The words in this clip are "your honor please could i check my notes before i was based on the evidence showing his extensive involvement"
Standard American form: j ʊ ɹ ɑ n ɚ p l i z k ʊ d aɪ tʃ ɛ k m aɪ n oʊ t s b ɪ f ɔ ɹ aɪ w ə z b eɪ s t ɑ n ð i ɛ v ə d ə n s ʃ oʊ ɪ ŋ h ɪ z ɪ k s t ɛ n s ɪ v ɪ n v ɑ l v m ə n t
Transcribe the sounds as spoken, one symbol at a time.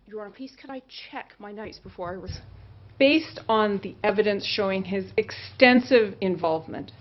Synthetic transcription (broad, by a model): j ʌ ɹ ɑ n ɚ p i s k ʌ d aɪ tʃ ɛ k m aɪ n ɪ t s b ɪ f ɔ ɹ aɪ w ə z b eɪ s t n ð i ɛ v ə d ə n s ʃ oʊ ɪ ŋ ɪ z ɪ k s t ɛ n s ɪ v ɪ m v ɑ l v m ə n t